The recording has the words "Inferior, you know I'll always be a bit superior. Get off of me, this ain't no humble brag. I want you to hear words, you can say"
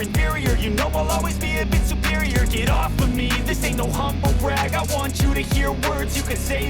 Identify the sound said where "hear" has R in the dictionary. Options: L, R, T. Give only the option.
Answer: R